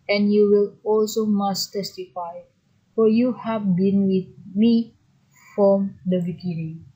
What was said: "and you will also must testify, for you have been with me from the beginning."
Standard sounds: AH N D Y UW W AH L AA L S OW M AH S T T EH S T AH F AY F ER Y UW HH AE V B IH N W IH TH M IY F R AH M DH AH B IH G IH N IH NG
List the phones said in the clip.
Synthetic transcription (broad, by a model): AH N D Y UW W AH L AA L S OW M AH S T T EH S T AH F AY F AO Y UW HH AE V B IH N W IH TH M IY F R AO M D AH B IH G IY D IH